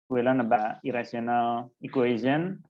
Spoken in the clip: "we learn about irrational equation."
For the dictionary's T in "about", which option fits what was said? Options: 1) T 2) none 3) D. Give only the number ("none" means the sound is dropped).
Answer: 2